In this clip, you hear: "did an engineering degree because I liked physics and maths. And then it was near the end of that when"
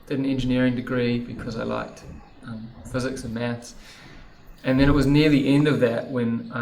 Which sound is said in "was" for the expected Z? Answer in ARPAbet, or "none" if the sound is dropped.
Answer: Z